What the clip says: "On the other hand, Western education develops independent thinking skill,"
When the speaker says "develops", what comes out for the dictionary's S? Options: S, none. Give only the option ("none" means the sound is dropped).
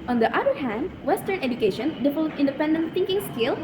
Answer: none